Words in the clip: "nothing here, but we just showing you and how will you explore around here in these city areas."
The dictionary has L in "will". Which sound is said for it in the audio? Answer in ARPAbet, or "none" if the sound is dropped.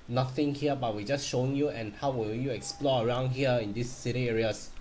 N